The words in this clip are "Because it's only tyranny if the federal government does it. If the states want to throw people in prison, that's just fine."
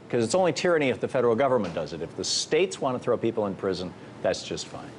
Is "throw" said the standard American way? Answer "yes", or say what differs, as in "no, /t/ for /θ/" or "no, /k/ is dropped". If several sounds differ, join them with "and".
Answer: yes